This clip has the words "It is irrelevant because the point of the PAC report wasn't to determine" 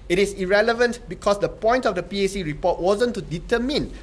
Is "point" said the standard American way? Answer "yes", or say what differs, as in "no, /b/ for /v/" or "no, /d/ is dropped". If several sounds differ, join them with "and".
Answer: yes